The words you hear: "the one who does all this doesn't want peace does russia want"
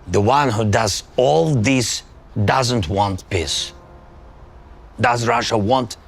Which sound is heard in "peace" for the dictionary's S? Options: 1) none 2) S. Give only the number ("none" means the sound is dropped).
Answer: 2